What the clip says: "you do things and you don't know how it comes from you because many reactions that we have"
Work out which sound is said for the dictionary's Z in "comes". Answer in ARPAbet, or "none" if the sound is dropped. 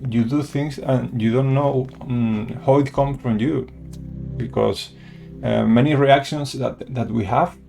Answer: none